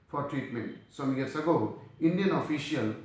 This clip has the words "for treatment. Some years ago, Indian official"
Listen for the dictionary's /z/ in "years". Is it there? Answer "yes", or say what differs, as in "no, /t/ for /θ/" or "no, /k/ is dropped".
no, /s/ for /z/